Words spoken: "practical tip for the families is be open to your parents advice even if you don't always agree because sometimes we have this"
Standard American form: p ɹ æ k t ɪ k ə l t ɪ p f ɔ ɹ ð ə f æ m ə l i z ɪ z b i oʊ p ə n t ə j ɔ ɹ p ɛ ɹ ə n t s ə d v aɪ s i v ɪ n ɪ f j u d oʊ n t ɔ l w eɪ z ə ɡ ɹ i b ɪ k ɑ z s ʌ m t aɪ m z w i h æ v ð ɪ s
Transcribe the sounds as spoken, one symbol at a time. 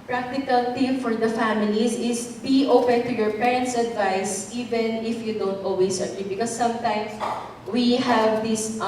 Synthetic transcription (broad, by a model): p ɹ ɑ k t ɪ k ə l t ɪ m f ɔ ɹ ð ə f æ m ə l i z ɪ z b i oʊ p ə n t ə j ɔ ɹ p ɛ ɹ ə n t s ə d v aɪ s i v ɪ n ɪ f j u d oʊ n t ɔ l w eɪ s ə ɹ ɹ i b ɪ k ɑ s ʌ m t aɪ m s w i h æ v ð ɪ s